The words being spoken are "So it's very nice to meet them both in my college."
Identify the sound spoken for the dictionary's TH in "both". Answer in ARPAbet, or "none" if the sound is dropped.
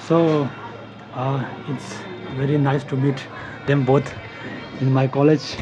T